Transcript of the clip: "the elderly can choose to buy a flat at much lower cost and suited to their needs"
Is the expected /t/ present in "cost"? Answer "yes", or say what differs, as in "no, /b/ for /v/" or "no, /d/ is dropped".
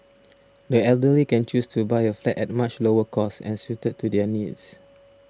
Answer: no, /t/ is dropped